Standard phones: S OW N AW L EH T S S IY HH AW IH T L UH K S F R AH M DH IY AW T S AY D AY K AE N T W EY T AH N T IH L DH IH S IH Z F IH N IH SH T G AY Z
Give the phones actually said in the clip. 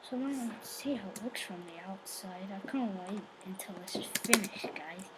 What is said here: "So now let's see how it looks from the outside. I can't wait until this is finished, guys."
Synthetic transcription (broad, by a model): S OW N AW N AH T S S IY HH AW IH T L UH K S F R AH M DH IY AW T S AY D AY K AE N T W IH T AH N T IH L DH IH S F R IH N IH SH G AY